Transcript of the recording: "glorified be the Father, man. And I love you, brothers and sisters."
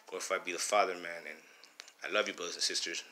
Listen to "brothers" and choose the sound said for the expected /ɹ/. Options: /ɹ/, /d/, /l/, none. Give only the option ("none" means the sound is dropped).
none